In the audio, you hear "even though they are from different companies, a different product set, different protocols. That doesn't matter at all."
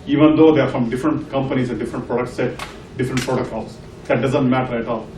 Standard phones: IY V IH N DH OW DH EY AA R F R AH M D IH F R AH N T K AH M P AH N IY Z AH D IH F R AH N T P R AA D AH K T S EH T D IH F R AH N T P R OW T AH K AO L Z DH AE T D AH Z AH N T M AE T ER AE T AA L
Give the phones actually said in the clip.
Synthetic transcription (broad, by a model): IY V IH N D OW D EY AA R F R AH M D IH F R AH N T K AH M P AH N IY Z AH D IH F R AH N T P R AA D AH K T S EH T D IH F R AH N T P R OW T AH K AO L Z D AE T D AH Z AH N T M AE T ER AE T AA L